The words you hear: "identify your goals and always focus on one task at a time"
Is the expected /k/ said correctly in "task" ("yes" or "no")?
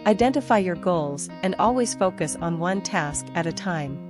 yes